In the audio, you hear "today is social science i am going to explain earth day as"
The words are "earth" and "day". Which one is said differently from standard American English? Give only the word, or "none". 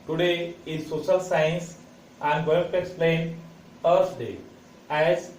earth